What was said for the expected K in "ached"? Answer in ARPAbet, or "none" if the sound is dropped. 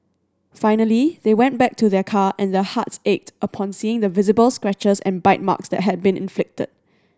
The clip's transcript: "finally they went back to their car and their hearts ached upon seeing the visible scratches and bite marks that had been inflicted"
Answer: K